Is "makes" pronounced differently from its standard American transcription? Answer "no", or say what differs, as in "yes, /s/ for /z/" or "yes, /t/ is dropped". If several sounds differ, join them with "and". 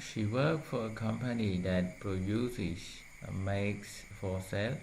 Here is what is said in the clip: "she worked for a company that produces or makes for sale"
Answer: no